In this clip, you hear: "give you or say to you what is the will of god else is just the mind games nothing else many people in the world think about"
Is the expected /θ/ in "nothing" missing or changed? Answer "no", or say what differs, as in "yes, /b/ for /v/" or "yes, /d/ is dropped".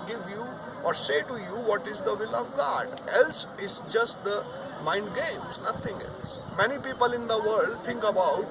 yes, /t/ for /θ/